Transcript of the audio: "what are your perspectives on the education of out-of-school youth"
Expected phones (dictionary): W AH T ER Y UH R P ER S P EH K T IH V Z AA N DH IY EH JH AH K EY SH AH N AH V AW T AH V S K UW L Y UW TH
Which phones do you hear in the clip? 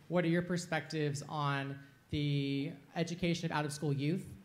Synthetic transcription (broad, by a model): W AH T ER Y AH R P ER S P EH K T IH V Z N DH IY EH JH AH K EY SH AH N AH V AW T AH V S K UW L Y UW TH